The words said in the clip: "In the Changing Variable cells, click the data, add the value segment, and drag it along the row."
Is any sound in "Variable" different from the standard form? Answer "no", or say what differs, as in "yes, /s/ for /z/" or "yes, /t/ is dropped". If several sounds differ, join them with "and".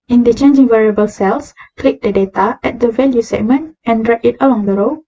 no